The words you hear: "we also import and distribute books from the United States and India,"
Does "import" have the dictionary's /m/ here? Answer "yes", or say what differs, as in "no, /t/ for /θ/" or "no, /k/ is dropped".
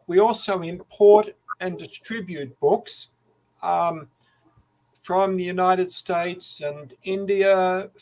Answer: yes